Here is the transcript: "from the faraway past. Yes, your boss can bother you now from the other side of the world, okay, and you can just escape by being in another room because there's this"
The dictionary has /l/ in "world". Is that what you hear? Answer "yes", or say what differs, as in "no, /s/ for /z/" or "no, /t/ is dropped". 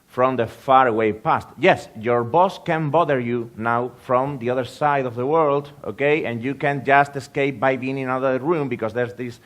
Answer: yes